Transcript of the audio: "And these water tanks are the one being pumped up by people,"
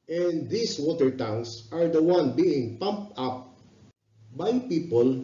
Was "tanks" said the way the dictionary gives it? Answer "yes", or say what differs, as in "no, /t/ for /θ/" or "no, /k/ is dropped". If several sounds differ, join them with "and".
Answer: no, /k/ is dropped